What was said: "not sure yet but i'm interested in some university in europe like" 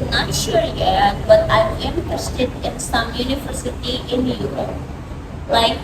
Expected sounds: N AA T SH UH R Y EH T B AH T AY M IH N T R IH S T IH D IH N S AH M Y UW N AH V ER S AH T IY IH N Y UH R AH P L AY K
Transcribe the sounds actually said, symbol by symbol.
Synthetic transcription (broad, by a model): N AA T SH UH R Y EH T B AH T AY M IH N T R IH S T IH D IH N S AH M Y UW N AH V ER S AH T IY IH N Y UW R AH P L AY K